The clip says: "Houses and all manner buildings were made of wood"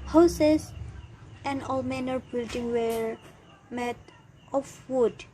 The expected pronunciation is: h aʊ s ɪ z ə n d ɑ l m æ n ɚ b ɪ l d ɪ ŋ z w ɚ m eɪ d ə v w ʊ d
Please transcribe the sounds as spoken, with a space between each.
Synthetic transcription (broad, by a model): h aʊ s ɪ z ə n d ɑ l m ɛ n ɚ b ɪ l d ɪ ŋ w ɚ m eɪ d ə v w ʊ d